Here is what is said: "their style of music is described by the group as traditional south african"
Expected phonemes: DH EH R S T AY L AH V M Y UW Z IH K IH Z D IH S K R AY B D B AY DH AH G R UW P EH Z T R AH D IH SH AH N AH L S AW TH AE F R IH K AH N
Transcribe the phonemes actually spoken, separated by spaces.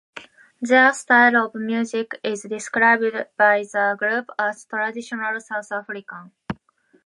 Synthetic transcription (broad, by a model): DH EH S T AY L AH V M Y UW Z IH K IH Z D IH S K R AY B D B AY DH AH G R UW P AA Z T R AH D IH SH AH N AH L S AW T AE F R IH K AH